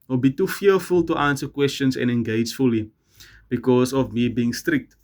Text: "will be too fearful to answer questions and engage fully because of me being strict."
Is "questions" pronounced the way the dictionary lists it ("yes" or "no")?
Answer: no